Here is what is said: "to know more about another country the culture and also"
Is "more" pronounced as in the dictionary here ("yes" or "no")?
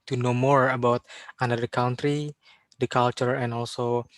yes